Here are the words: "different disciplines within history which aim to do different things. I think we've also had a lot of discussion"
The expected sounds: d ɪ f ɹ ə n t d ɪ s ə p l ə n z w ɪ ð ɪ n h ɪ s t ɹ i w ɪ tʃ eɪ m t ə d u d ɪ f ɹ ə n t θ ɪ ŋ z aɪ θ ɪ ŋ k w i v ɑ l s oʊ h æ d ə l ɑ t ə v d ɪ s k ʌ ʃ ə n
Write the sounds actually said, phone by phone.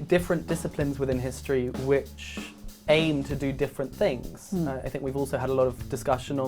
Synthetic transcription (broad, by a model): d ɪ f ɹ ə n d ɪ s ə p l ə n z w ɪ ð ɪ n h ɪ s t ɹ i w ɪ tʃ eɪ m t ə d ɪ d ɪ f ɹ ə n θ ɪ ŋ z aɪ θ ɪ ŋ k w i v ɑ l s oʊ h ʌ d ə l ɑ t ə v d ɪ s k ʌ ʃ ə n